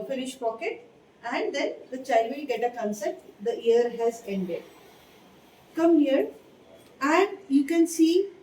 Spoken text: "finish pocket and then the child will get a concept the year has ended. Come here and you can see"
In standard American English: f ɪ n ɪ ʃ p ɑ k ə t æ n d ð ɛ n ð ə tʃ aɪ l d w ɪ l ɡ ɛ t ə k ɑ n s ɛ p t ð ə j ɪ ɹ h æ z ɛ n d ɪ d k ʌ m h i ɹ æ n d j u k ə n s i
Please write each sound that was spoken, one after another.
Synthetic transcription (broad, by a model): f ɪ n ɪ ʃ p ɑ k ə t æ n d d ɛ n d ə tʃ aɪ l d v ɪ l ɡ ɛ t ə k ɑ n s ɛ t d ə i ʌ ɹ h æ z ɛ n d ɪ d k ʌ m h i ɹ æ n d j u k ə n s i